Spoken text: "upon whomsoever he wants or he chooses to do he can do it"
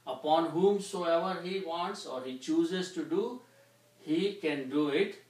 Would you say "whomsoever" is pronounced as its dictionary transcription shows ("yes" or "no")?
yes